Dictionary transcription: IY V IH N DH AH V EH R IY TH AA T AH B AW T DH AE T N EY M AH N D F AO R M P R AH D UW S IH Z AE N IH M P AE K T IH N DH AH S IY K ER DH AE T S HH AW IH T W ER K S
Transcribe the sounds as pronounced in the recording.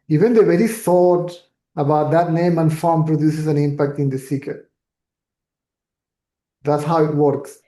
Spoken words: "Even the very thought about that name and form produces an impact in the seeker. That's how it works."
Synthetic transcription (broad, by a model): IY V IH N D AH V EH R IY S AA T AH B AW T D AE T N EY M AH N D F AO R M P R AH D UW S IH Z AE N IH M P AE K T IH N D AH S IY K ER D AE T S HH AW IH T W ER K S